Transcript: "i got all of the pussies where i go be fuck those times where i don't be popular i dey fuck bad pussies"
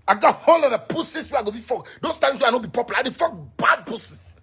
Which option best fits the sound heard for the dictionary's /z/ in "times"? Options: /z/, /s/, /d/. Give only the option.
/s/